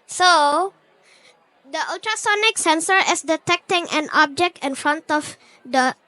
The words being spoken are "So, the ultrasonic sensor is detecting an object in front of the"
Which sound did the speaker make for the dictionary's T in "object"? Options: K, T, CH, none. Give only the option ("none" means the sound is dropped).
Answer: T